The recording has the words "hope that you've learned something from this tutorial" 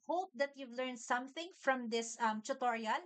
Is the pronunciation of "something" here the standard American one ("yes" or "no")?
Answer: yes